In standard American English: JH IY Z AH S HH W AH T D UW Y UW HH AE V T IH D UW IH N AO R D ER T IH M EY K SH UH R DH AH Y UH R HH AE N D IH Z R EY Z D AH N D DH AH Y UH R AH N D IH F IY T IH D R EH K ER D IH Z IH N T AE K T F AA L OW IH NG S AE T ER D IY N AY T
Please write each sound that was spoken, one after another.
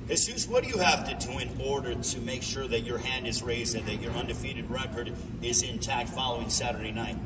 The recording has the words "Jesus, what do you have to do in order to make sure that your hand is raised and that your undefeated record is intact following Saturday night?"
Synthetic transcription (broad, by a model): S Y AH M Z W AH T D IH Y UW HH AE F T IH D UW IH N AO R D ER T IH M EY K SH UH R DH AH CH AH R HH AE N D IH Z R EY Z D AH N DH AH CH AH R AH N D IH F IY T IH D R EH K ER D IH Z IH N T AE K T F AA L OW IH NG S AE T ER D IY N AY T